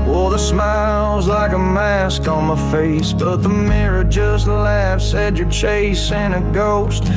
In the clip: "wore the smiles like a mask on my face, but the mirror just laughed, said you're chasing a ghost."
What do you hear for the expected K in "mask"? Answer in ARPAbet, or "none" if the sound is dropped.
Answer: K